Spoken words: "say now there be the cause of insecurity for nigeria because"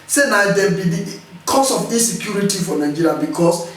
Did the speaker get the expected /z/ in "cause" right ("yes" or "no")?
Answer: no